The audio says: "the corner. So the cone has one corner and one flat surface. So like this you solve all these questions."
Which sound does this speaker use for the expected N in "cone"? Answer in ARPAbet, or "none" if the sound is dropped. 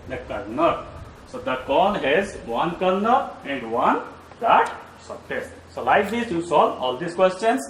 L